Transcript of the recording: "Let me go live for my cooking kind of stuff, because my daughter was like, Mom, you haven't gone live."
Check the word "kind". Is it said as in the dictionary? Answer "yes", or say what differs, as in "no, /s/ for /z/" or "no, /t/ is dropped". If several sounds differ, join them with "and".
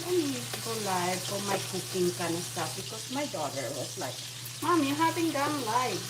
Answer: no, /d/ is dropped